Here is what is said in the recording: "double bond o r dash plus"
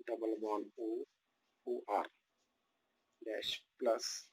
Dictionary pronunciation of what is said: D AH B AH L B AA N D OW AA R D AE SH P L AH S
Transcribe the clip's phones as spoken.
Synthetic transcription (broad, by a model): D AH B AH L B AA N OW AA R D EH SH P L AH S